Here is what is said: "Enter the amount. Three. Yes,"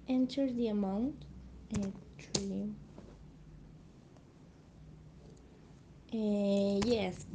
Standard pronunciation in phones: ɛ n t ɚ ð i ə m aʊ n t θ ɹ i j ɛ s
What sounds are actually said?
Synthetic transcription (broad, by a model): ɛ n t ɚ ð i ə m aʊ n t t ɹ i j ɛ s